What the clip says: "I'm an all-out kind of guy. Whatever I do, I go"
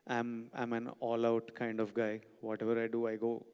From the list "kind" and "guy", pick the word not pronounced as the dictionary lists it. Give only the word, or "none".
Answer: none